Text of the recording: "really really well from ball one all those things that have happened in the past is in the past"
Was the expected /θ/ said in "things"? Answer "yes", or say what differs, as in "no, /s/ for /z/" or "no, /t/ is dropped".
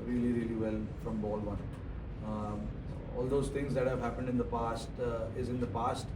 no, /t/ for /θ/